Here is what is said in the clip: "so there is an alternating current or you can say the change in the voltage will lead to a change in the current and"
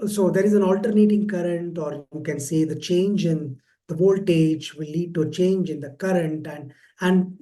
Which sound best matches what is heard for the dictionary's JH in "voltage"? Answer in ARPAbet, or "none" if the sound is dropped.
JH